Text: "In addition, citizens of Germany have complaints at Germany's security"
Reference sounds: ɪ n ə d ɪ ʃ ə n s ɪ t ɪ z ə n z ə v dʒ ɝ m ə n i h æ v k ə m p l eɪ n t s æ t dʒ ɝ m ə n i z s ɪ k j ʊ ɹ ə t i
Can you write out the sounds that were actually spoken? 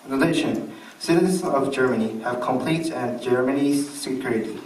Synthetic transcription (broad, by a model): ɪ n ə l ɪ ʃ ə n s ɪ t ɪ z ə n z ə v dʒ ɝ m ə n i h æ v k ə m p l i t æ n dʒ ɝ m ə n i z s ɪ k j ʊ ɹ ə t